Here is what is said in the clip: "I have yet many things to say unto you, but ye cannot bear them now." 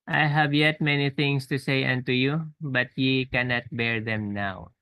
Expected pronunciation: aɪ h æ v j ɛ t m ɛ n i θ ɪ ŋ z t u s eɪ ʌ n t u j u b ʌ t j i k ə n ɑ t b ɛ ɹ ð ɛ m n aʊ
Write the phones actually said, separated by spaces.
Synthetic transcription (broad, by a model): aɪ h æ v j ɛ t m ɛ n i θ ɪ ŋ s t u s eɪ ʌ n t u j u b ʌ t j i k ə n ɑ t b ɛ ɹ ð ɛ m n aʊ